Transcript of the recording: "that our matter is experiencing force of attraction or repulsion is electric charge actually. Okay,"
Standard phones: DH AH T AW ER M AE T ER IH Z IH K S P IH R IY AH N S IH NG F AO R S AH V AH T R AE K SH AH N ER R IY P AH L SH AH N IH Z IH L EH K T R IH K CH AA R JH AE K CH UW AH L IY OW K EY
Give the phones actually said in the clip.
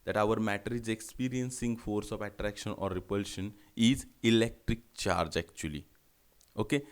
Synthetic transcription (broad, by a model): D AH T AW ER M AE T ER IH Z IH K S P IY R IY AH N S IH NG F AO R S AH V AH T R AE K SH AH N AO R IY P AH L SH AH N IH Z IH L EH K T R IH K CH AA R JH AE K CH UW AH L IY OW K EY